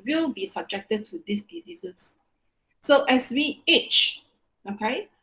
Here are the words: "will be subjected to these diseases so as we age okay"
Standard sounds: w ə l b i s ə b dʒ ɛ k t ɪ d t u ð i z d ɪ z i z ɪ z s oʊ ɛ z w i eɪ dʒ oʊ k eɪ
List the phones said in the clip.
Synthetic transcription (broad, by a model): w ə l b i s ə b dʒ ɛ k t ɪ d t u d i s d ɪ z i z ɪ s oʊ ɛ s w i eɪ tʃ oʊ k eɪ